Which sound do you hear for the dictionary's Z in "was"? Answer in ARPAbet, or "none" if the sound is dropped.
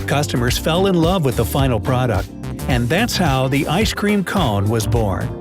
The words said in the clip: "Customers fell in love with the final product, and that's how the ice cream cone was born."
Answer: Z